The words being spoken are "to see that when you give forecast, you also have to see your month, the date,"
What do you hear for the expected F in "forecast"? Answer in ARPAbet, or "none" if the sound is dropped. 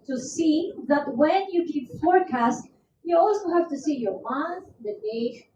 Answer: F